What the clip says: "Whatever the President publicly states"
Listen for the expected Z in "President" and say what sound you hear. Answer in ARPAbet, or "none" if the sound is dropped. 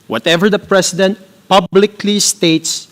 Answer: S